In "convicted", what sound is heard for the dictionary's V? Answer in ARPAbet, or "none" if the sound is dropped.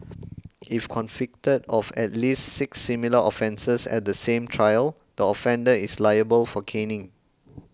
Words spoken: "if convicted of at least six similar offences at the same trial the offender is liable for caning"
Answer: F